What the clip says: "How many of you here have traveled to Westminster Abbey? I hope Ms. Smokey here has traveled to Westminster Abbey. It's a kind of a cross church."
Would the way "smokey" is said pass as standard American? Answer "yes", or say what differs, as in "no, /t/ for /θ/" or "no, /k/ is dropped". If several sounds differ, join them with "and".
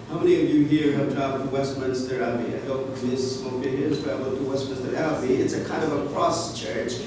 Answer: no, /m/ is dropped